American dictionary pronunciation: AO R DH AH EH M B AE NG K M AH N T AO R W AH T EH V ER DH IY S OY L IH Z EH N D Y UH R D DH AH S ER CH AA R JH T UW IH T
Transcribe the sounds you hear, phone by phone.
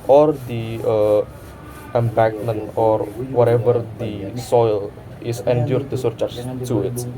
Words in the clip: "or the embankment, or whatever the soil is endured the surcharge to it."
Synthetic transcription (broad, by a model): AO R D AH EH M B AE K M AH N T AO R W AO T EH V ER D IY S OY L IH S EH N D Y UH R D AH S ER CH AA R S T UW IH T